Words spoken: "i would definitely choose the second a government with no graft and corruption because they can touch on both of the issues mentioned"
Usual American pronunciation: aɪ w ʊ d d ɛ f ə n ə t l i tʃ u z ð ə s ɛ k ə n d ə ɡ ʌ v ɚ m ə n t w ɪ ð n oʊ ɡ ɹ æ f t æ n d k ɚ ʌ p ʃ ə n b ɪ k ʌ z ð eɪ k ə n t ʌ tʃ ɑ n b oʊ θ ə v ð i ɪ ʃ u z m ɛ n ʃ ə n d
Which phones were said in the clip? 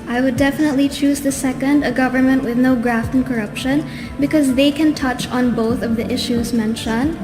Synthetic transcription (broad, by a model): aɪ w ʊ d d ɛ f ə n ə t l i tʃ u z ð ə s ɛ k ə n d ə ɡ ʌ v ɚ m ə n t w ɪ ð n oʊ ɡ ɹ æ f t n k ɚ ʌ p ʃ ə n b ɪ k ʌ z ð eɪ k ə n t ʌ tʃ n b oʊ θ ə v ð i ɪ ʃ u z m ɛ n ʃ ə n